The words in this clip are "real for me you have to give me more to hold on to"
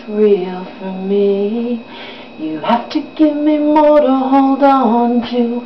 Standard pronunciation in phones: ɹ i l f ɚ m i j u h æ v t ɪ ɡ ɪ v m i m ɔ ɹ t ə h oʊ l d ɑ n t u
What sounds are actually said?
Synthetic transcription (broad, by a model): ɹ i l f ɚ m i j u h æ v t ɪ ɡ ɪ v m i m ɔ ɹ t ə h oʊ l d ɑ n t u